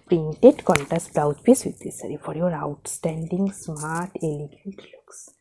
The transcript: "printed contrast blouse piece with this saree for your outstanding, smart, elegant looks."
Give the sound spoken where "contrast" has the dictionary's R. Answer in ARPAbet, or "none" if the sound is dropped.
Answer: none